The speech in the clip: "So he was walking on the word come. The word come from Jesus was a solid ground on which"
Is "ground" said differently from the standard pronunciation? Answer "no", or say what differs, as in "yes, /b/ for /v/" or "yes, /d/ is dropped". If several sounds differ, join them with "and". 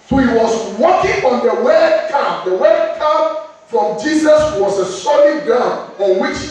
yes, /ɹ/ is dropped and /d/ is dropped